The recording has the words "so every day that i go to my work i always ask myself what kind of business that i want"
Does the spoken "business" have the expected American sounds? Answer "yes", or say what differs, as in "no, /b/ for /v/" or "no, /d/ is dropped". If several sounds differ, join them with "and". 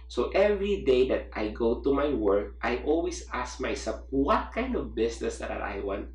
no, /s/ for /z/